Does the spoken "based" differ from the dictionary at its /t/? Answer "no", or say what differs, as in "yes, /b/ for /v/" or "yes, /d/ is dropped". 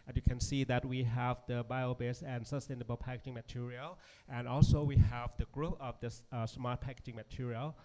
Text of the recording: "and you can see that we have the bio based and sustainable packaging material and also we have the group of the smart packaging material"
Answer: yes, /t/ is dropped